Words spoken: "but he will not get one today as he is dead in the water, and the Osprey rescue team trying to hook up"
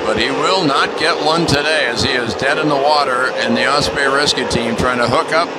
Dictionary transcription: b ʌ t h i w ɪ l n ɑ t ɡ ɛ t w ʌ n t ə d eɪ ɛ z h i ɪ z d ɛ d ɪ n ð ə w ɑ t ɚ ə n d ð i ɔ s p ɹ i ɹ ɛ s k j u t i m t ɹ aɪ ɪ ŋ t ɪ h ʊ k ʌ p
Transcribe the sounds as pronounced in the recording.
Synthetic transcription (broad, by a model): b ʌ t h i w ɪ l n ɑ t ɡ ɛ t w ʌ n t ə d eɪ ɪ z i ɪ z d ɛ d ɪ n ð ə w ɑ t ɚ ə n ð i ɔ s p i ɹ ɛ s k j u t i m t ɹ aɪ ɪ ŋ t ɪ h ʊ k ʌ p